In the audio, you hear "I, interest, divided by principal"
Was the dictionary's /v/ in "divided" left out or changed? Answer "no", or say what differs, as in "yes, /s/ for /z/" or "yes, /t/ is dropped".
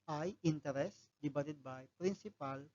yes, /b/ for /v/